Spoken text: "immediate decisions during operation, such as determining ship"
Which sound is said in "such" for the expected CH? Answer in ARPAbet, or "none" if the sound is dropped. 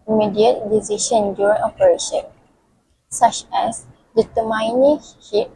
CH